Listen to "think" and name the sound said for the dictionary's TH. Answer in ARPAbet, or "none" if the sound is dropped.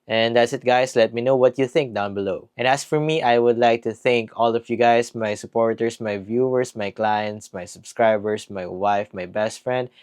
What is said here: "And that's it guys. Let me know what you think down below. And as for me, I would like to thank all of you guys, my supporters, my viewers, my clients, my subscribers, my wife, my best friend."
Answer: TH